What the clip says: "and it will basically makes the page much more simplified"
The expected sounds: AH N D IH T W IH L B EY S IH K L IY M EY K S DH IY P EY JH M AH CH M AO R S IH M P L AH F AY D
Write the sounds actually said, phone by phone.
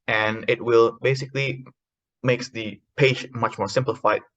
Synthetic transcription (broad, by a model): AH N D IH T W IH L B EY S IH K L IY M EY K S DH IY P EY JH M AH CH M AO R S IH M P L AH F AY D